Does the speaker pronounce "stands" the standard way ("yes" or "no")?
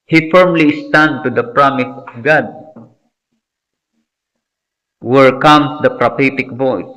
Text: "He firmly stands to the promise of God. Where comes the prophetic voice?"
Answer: no